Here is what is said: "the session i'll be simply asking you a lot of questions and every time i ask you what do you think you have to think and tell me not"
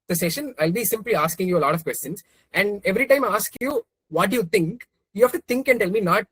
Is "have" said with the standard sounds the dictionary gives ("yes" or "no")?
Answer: no